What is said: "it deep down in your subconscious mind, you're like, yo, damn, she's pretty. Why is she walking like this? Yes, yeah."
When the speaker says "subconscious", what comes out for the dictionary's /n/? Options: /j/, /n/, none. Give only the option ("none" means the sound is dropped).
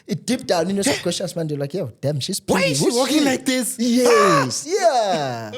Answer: none